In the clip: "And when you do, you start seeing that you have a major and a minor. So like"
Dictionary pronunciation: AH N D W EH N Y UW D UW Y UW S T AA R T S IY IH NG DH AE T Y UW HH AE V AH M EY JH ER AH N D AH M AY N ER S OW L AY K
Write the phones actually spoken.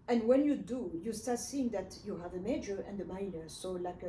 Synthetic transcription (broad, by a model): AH N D W EH N Y UW D UW Y UW S T AA R T S IY IH NG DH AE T Y UW HH AE V AH M EY JH ER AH N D AH M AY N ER S OW L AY K